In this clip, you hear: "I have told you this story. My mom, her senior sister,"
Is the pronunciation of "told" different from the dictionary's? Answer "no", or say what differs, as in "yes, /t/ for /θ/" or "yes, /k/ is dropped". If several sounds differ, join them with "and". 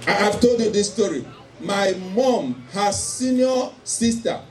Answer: no